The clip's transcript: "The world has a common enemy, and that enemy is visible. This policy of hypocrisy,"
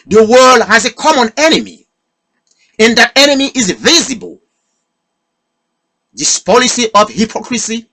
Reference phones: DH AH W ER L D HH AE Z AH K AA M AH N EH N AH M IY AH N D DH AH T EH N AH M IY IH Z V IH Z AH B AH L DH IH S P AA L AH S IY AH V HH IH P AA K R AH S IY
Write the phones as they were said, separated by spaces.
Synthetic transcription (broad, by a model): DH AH W ER L D HH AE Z AH K AA M AH N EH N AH M IY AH N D DH AH T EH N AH M IY IH Z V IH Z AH B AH L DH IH S P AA L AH S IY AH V HH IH P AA K R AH S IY